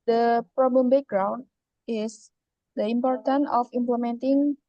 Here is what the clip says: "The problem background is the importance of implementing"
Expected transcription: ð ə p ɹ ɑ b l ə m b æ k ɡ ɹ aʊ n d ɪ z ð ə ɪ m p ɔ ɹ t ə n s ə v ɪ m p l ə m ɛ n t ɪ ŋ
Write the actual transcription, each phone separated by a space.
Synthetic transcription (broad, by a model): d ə p ɹ ɑ b l ə m b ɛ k ɡ ɹ aʊ n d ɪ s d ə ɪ m p ɔ ɹ t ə n ə f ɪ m p l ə m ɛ n t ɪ ŋ